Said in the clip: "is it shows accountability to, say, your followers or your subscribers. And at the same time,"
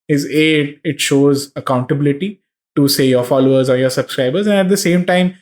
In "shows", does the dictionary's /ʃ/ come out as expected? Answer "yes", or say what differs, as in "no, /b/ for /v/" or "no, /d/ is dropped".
yes